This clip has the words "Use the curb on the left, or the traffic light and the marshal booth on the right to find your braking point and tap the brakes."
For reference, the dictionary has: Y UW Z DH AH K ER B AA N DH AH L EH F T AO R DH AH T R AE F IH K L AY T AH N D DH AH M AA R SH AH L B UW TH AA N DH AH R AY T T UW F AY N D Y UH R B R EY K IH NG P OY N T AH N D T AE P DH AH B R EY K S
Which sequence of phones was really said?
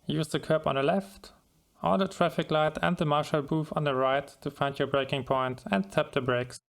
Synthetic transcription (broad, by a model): Y UW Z DH AH K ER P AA N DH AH L EH F T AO L DH AH T R AE F IH K L AY T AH N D DH AH M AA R SH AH L B UW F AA N DH AH R AY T T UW F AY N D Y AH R B R EY K IH NG P OY N T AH N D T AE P DH AH B R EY K S